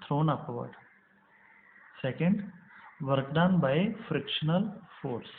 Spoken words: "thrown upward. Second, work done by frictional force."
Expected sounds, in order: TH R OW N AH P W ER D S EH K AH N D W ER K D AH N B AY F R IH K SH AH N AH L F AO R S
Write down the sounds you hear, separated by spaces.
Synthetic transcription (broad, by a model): R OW N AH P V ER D S EH K AH N D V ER K D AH N B AY F R IH K SH AH N AH L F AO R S